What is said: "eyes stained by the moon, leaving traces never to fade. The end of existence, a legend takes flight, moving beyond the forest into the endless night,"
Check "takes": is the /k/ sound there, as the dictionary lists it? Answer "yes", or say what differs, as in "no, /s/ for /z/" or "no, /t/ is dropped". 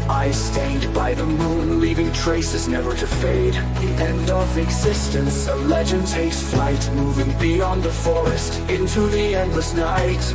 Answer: no, /k/ is dropped